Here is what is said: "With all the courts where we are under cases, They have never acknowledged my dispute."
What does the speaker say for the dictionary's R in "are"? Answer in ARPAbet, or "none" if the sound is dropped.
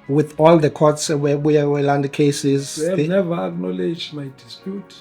W